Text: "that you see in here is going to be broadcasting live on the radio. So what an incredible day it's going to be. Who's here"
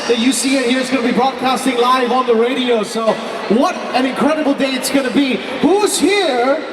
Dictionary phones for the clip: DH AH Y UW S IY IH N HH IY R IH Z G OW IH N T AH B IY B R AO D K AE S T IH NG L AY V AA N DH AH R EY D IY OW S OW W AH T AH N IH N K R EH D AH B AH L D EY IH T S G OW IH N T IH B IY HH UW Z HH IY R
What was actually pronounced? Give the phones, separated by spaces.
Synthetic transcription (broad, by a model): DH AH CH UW S IY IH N HH IY R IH Z G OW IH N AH B IY B R AO D K AE S T IH NG L AY V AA N DH AH R EY D IY OW S OW W AH T AH N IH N K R EH D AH B L D EY IH T S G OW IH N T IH B IY HH UW Z HH IY R